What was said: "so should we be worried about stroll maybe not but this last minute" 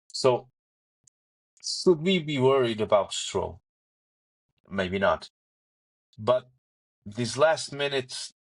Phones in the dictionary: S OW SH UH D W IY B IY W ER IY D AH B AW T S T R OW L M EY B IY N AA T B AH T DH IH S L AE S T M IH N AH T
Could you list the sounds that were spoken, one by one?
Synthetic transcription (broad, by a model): S OW SH UH D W IY B IY W ER IY D AH B AW T S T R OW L M EY B IY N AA T B AH T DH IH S L AE S T M IH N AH T